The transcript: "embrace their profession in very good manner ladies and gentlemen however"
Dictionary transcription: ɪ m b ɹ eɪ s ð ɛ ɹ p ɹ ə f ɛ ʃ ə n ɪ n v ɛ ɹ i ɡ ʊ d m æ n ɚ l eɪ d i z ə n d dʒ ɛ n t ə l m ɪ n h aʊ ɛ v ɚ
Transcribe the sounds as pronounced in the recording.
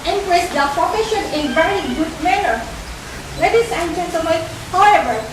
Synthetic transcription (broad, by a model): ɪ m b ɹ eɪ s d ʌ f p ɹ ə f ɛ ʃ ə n ɪ n v ɛ ɹ i ɡ ʊ d m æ n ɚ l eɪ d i s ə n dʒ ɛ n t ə m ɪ h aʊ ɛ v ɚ